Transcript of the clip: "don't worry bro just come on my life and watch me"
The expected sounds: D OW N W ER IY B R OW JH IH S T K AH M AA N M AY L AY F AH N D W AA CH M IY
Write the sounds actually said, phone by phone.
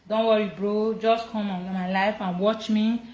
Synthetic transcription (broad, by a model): D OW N W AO IY B R OW JH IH S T K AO M AA N M AY L AY F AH N W AA CH M IY